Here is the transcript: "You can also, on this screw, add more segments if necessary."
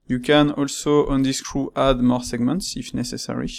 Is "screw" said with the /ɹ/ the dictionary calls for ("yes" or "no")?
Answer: yes